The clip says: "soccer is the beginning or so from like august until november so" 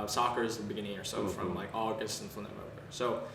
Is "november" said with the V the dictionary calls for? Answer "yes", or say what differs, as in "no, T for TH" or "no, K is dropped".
no, V is dropped